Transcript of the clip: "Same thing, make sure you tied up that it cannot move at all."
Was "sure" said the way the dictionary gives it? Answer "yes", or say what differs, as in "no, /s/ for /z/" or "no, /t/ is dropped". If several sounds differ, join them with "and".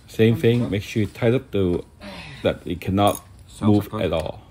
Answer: no, /s/ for /ʃ/